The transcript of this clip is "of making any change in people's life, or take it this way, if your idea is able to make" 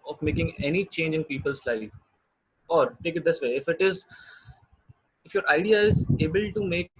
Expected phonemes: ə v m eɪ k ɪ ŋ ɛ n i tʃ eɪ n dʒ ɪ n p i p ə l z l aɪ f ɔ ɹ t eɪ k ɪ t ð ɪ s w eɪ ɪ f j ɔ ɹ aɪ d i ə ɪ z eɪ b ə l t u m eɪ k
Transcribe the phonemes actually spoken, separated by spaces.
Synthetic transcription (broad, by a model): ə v m eɪ k ɪ ŋ ɛ n i tʃ eɪ n dʒ ɪ n p i p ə l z l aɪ ɔ ɹ t eɪ k ɪ t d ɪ s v eɪ ɪ f j ɔ ɹ aɪ d i ə ɪ z eɪ b ə l t u m eɪ k